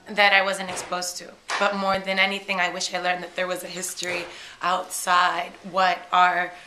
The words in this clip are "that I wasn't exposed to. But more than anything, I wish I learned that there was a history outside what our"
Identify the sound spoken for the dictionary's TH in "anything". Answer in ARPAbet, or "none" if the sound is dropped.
TH